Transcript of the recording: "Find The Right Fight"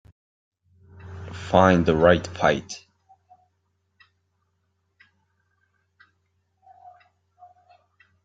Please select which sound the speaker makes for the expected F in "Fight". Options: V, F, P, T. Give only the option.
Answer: P